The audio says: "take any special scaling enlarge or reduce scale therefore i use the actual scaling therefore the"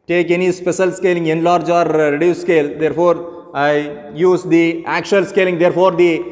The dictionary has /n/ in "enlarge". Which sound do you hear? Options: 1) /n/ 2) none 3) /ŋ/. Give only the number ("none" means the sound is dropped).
1